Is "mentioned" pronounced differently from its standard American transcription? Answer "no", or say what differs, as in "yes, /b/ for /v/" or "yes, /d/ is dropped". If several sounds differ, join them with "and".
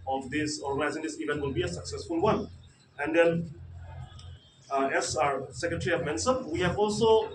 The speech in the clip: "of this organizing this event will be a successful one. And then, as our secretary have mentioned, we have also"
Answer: yes, /s/ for /ʃ/